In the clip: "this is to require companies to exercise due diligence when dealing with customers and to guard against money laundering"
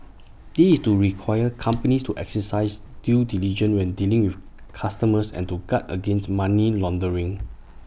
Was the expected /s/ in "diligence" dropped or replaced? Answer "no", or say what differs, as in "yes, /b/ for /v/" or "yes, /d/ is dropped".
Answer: yes, /s/ is dropped